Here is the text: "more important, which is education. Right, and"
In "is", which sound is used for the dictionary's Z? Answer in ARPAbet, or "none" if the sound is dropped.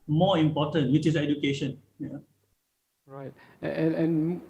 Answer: S